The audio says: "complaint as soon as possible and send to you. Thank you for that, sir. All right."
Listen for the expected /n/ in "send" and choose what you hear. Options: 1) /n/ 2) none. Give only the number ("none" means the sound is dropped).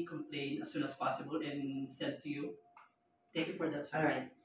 2